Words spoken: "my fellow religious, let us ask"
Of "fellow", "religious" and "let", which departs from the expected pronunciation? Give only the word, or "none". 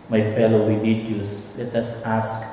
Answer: religious